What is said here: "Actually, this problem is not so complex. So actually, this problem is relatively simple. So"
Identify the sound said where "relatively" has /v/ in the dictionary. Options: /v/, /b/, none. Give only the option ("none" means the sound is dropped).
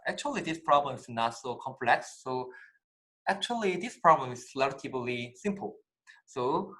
/b/